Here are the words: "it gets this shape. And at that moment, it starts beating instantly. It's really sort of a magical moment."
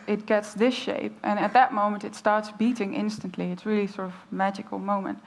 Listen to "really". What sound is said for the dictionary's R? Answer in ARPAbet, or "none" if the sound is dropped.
R